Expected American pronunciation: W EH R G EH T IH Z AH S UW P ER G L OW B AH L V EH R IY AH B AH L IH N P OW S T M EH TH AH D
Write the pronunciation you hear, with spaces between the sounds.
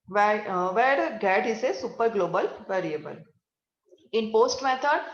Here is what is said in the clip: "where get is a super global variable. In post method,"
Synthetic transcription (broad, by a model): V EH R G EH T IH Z AH S UW P ER G L OW B AH L V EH R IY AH B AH L IH N P OW S T M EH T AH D